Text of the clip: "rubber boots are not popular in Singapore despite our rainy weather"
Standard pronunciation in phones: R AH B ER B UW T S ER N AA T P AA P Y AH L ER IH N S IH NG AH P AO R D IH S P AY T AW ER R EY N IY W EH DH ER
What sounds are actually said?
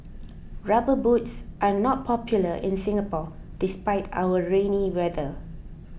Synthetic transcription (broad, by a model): R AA B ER B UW T S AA N AA T P AA P Y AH L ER IH N S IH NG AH P AO D IH S P AY T AW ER R EY N IY W EH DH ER